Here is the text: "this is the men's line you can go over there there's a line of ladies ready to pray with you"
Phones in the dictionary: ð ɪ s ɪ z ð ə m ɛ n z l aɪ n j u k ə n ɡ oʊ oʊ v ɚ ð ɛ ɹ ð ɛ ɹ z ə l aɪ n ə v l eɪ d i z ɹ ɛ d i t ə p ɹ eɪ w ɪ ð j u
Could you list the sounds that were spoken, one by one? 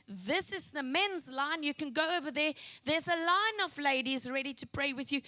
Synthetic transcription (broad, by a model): ð ɪ s ɪ z ð ə m ɛ n z l aɪ n j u k ə n ɡ oʊ oʊ v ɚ ð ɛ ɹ ð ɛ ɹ z ə l aɪ n ə v l eɪ d i z ɹ ɛ d i t ə p ɹ eɪ w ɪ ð j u